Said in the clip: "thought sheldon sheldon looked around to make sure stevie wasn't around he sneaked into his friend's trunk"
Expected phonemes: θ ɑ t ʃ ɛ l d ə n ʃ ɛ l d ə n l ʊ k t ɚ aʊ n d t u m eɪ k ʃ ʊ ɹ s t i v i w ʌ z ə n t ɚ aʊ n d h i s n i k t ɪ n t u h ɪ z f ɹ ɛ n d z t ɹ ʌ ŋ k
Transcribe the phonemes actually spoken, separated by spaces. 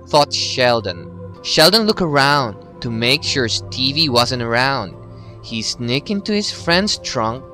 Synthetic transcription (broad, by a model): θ ɑ t ʃ ɛ l d ə n ʃ ɛ l d ə n l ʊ k ɚ aʊ n d t u m eɪ k ʃ ʊ ɹ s t i v i w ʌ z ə n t ɚ aʊ n d h i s n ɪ k ɪ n t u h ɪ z f ɹ ɛ n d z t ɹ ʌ ŋ k